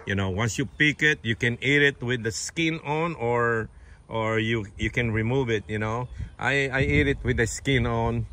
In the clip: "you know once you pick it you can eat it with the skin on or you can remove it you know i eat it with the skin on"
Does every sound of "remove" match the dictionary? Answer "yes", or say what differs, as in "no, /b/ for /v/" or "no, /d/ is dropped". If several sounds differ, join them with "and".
yes